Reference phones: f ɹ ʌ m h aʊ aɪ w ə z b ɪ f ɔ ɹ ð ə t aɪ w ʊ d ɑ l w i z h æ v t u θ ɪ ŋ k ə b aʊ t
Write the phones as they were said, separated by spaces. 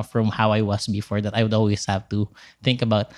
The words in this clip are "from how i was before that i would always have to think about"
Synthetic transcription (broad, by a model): f ɹ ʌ m h aʊ aɪ w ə s b ɪ f ɔ ɹ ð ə t aɪ w ʊ d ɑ l w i s h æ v t u θ ɪ ŋ k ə b aʊ t